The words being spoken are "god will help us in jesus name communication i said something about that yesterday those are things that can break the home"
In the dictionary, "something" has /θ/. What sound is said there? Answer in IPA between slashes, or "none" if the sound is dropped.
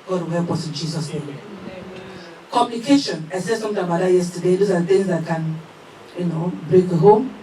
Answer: /t/